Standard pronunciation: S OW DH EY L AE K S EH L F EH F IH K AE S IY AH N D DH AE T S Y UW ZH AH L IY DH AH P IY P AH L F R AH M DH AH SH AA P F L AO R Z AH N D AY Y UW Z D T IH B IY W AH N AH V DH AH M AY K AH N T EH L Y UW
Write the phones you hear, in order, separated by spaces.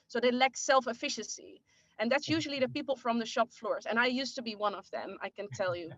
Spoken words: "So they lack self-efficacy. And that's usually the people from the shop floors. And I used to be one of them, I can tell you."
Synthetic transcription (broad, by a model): S OW DH EY L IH K S EH L F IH F IH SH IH S IY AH N DH AE T S Y UW ZH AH L IY DH AH P IY P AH L F R AH M DH AH SH AA P F L AO R Z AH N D AY Y UW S T IH B IY W AH N AH V DH AH M AY K AH N T EH L Y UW